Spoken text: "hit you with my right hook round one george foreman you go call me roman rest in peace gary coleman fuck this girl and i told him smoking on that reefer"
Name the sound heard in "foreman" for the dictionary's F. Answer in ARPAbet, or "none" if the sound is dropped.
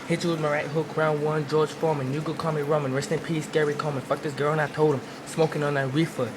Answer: F